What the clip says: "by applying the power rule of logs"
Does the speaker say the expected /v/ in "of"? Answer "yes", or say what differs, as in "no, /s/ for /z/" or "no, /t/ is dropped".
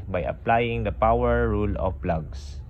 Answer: no, /p/ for /v/